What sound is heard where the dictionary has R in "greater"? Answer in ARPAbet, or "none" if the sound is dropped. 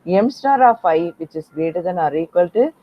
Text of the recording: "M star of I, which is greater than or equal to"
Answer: none